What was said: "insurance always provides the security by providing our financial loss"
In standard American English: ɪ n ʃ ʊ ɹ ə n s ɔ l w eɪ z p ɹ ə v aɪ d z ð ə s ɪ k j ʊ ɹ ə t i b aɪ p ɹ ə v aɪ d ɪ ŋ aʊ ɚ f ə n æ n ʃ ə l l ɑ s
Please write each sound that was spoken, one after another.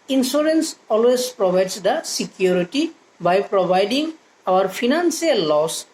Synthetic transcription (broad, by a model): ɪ n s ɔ ɹ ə n s ɔ l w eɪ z p ɹ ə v aɪ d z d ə s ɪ k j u ɹ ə t i b aɪ p ɹ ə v aɪ d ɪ ŋ aʊ ɚ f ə n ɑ n s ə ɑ l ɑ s